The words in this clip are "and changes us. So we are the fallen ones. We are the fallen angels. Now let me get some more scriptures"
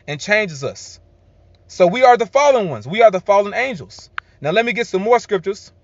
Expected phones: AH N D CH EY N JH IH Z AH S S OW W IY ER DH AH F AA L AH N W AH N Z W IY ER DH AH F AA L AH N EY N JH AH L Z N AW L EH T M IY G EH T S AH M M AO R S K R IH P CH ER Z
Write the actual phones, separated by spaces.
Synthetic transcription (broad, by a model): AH N CH EY N JH IH Z AH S S OW W IY ER DH AH F AA L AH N W AH N Z W IY ER DH AH F AA L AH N EY N JH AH L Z N AW L EH T M IY G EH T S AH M M AO R S K R IH P CH ER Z